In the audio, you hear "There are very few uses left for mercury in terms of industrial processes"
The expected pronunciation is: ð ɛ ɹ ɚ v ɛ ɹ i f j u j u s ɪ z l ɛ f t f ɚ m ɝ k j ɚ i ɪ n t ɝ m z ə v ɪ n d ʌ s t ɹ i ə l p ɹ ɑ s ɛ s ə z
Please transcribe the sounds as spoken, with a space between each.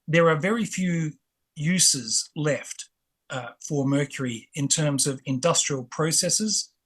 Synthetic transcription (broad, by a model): ð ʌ ɹ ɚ v ɛ ɹ i f j u j u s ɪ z l ɛ f t f ɚ m ɝ k j ɚ i ɪ n t ɝ m z ə v ɪ n d ʌ s t ɹ i ə l p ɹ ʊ s ɛ s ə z